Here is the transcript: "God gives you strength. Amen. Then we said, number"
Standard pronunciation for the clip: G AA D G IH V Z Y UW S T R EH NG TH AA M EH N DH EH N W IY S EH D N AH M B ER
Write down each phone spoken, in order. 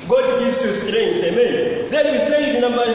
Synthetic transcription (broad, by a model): G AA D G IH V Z Y UW S T R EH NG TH AA M EH N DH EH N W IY S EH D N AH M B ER